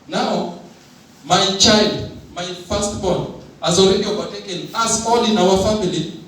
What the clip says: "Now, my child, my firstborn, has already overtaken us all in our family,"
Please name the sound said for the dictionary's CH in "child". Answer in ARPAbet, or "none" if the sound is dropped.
CH